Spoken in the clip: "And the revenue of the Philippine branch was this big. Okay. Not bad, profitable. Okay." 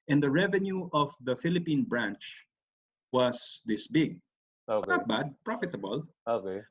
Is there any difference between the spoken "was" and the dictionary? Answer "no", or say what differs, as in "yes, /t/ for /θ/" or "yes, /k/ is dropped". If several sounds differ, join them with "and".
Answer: yes, /s/ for /z/